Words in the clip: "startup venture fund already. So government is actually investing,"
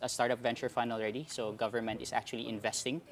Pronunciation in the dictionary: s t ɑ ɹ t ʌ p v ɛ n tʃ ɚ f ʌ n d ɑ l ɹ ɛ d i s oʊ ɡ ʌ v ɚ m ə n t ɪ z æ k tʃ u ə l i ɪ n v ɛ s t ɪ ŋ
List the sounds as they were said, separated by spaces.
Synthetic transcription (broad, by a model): s t ɑ ɹ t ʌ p v ɛ n tʃ ɚ f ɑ n ɑ l ɹ ɛ d i s oʊ ɡ ʌ v ɚ m ə n t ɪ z æ k tʃ u ə l i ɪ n v ɛ s t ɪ ŋ